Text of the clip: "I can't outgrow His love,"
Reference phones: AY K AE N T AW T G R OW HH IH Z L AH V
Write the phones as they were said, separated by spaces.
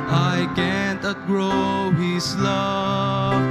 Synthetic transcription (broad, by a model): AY K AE N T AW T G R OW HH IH S L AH